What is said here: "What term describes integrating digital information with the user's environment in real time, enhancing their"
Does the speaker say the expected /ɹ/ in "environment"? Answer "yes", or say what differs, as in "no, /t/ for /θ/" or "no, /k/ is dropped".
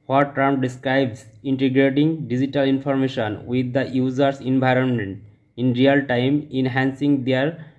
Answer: yes